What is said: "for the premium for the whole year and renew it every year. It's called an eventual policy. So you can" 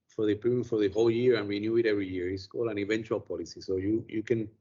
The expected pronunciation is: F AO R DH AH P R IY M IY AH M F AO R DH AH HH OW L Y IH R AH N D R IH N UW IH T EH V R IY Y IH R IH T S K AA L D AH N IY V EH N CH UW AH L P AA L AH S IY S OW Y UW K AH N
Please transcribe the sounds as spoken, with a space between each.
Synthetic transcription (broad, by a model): F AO R DH AH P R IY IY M F AO R DH AH HH OW L Y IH R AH N R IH N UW IH T EH V R IY Y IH R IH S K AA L AH N IY V EH N CH UW AH L P AA L AH S IY S OW Y UW K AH N